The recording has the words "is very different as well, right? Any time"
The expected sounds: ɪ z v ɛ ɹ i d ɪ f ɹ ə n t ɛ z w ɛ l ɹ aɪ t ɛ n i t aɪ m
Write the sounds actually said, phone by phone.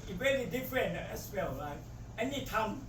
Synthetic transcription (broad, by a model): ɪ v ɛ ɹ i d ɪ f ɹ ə n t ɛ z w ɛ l l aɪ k ɛ n i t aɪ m